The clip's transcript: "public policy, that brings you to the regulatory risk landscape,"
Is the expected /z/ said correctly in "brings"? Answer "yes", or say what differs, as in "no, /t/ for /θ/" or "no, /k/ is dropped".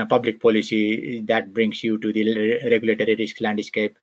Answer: no, /s/ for /z/